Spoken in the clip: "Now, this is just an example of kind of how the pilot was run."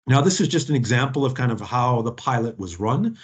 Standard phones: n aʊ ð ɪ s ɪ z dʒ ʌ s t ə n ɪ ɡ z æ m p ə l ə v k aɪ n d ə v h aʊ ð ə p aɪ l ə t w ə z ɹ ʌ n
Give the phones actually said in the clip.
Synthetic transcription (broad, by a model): n aʊ ð ɪ s ɪ z dʒ ʌ s t n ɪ ɡ z æ m p l ə v k aɪ n d ə v h aʊ ð ə p aɪ l ə t w ə z ɹ ʌ n